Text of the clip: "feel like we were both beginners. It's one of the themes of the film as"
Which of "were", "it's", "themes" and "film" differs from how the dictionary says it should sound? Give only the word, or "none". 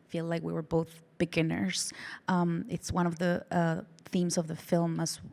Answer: none